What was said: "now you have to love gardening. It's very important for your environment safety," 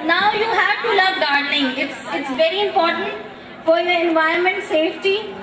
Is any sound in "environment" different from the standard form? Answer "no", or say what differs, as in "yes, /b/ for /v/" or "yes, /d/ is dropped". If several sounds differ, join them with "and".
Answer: yes, /ɹ/ is dropped